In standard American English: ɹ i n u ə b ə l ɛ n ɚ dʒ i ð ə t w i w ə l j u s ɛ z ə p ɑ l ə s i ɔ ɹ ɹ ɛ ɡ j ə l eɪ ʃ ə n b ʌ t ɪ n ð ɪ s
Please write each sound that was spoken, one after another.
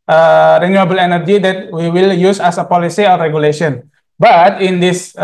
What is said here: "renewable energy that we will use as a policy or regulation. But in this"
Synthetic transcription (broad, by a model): ɹ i n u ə b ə l ɛ n ɚ dʒ i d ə t w i w ə l j u s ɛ s ə p ɑ l ə s i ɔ l ɹ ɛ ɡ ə l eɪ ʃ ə n b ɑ t ɪ n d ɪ s